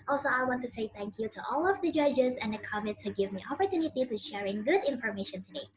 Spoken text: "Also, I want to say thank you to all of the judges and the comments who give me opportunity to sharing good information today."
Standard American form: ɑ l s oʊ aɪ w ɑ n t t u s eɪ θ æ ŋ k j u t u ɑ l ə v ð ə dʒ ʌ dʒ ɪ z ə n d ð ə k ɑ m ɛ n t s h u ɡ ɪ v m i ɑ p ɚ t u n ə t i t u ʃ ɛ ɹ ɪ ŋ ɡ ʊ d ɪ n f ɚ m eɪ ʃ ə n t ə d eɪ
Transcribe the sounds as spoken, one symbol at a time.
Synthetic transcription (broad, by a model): ɑ l s oʊ aɪ w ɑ n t t u s eɪ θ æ ŋ k j u t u ɑ l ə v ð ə dʒ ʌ dʒ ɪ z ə n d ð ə k ɑ m ɛ n t s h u ɡ ɪ v m i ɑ p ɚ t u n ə t i t u ʃ ɛ ɹ ɪ ŋ ɡ ʊ d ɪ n f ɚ m eɪ ʃ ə n t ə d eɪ